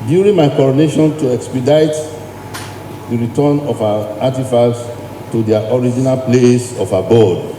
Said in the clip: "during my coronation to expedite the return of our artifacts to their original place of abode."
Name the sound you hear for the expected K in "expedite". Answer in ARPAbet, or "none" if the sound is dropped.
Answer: K